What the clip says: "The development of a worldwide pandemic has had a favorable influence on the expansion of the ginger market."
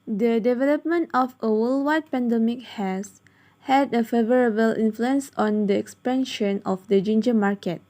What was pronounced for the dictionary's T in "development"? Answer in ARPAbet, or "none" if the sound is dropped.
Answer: T